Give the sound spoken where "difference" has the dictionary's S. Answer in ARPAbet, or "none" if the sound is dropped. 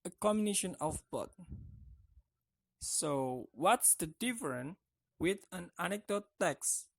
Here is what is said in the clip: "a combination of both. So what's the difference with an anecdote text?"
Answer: none